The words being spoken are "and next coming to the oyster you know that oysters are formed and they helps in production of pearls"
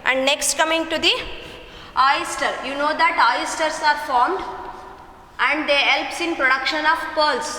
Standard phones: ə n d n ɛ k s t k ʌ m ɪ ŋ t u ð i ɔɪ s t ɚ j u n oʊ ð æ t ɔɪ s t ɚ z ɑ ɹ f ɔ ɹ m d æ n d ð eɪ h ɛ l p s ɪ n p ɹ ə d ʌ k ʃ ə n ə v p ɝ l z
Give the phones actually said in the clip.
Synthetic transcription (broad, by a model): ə n d n ɛ k s t k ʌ m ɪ ŋ t u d i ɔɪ s t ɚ j u n oʊ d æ t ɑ s t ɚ s ɑ ɹ f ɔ ɹ m d æ n d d eɪ h ɛ l p s ɪ n p ɹ ə d ʌ k ʃ ə n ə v p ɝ l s